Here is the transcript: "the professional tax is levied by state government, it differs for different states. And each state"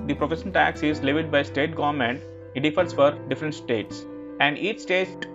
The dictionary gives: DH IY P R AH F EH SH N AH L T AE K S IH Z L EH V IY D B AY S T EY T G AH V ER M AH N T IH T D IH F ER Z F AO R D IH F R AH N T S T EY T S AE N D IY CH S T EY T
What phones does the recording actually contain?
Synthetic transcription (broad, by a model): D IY P R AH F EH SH AH N T AE K S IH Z L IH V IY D B AY S T EY T G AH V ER M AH N T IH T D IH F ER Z F AO R D IH F R AH N T S T EY T S AE N D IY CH S T EY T